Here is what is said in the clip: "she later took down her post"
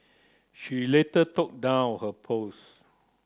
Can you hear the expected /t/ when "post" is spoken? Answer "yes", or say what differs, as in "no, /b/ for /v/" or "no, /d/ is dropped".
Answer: no, /t/ is dropped